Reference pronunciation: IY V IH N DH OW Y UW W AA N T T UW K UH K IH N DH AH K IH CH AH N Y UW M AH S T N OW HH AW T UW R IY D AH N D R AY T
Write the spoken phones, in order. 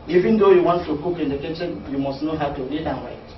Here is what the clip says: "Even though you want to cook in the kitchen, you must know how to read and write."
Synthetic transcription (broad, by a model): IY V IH N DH OW Y UW W AA N T T UW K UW K IH N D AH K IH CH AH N Y UW M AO S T N OW HH AW T UW L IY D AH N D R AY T